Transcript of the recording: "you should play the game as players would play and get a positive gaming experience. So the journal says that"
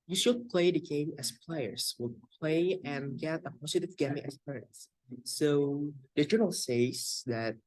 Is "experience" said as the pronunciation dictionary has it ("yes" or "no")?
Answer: no